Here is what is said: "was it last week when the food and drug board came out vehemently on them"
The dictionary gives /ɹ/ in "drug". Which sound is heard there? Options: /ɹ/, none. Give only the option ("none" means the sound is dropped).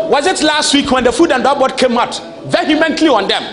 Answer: none